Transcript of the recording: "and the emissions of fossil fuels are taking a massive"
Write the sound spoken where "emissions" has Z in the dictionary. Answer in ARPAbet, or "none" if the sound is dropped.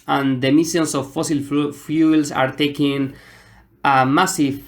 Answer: S